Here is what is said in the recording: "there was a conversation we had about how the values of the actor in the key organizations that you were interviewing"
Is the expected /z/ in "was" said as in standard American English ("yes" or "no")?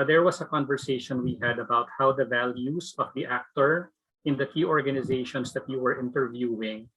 no